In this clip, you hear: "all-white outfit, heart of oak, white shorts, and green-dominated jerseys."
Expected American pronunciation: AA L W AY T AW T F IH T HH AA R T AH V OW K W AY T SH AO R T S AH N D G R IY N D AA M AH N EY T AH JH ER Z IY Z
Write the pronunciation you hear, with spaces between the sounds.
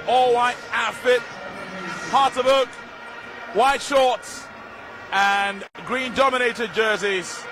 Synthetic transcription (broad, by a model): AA L W AY T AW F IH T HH AA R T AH B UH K W AY T SH AO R T S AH N G R IY N D AA M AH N EY T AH JH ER Z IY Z